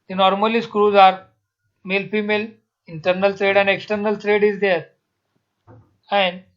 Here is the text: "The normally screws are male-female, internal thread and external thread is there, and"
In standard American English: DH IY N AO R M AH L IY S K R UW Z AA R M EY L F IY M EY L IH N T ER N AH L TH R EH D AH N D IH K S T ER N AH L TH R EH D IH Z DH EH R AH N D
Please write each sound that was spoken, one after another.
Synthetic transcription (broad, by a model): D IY N AO R M AH L IY S K R UW Z AA R M EY L F IY M EY L IH N T ER N AH L T R EH D AH N D IH K S T ER N AH L T R EH D IH Z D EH R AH N D